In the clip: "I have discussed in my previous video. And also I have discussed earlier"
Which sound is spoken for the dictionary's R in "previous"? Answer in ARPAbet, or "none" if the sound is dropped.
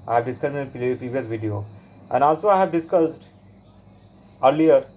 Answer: R